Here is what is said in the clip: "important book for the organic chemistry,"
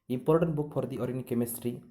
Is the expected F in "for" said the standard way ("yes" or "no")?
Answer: no